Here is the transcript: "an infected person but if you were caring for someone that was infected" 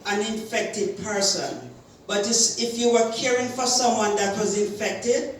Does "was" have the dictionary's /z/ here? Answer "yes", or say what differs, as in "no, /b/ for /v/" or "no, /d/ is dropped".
yes